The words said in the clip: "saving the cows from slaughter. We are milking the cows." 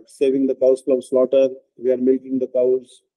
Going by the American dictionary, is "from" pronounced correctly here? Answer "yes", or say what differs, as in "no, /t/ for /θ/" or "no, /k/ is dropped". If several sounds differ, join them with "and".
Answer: no, /l/ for /ɹ/